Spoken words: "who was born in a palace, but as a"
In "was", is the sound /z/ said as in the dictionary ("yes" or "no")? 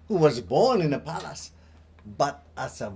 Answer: yes